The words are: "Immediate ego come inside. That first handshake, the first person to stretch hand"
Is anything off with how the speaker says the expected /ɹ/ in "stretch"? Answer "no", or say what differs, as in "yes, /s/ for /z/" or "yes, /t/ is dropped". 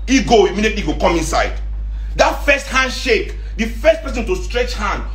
no